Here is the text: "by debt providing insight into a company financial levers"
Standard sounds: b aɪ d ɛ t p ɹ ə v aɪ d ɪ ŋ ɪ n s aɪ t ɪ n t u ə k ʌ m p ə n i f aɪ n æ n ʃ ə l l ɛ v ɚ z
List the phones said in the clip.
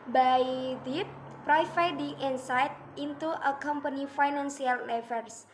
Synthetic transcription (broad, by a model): b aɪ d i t p ɹ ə f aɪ d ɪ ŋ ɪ n s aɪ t ɪ n t u ə k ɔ m p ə n i f aɪ n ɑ n s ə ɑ l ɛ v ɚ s